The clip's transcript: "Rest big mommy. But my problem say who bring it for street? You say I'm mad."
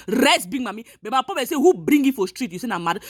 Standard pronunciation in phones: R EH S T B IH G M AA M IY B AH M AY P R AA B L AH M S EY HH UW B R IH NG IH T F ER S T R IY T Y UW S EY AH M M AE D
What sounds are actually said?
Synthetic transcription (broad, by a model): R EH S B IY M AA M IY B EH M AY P AA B AH S EY HH UW B R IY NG IH T F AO S T R IY T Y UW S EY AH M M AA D